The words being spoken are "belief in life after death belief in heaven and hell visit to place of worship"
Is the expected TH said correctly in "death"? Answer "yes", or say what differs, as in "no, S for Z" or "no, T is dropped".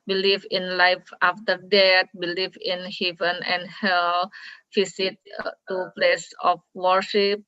no, T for TH